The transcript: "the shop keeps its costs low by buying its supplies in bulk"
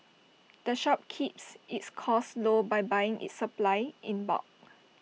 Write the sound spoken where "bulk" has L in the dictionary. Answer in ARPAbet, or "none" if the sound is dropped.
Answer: none